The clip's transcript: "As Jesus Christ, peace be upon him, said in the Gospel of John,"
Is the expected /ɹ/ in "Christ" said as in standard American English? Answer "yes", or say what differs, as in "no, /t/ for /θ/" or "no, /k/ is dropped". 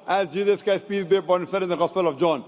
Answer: no, /ɹ/ is dropped